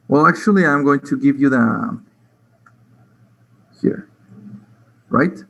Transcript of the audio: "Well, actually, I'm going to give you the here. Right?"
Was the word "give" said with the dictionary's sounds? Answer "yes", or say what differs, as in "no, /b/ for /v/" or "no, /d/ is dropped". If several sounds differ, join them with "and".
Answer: yes